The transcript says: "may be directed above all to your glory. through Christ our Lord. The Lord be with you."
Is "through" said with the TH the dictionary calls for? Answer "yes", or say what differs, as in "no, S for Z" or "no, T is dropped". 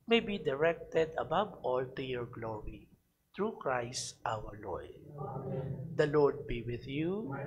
no, T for TH